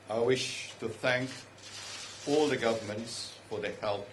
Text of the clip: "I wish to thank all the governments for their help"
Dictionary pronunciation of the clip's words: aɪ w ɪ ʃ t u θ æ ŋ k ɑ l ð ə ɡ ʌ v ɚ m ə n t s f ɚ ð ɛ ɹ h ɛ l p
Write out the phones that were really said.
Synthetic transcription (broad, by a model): aɪ w ɪ ʃ t u θ æ ŋ k ɑ l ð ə ɡ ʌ v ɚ m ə n t s f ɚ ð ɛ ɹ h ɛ l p